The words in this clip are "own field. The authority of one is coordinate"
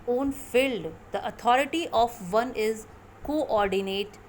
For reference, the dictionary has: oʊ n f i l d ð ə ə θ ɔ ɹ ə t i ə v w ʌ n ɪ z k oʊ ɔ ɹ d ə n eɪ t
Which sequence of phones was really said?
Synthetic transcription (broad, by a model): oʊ n f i l d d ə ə t ɔ ɹ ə t i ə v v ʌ n ɪ z k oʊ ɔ ɹ d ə n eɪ t